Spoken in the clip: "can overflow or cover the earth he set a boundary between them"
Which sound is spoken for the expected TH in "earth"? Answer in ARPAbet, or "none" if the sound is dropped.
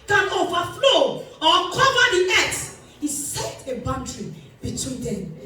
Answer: S